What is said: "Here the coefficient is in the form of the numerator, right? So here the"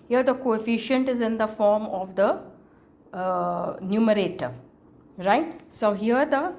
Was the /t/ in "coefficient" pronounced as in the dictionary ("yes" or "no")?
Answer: yes